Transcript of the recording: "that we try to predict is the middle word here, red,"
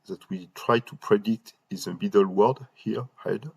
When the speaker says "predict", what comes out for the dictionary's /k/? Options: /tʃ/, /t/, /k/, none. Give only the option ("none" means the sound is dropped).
none